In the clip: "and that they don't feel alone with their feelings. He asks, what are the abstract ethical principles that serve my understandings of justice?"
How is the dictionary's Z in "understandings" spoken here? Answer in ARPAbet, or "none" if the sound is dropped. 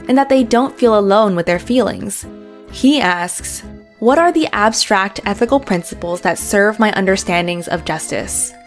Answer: Z